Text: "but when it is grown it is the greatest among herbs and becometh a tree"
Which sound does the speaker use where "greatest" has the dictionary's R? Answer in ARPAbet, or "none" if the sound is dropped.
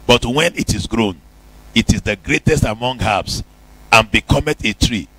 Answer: R